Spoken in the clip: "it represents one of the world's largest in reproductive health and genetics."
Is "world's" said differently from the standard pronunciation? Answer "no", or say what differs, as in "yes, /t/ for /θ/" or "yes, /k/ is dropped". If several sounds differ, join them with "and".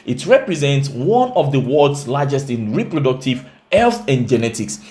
yes, /l/ is dropped